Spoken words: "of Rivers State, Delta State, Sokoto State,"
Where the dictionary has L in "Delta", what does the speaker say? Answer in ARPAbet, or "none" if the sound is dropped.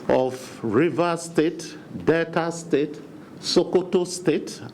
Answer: none